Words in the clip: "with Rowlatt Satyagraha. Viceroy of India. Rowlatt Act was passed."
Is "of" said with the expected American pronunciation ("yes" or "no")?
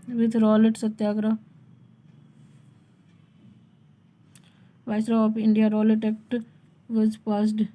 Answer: no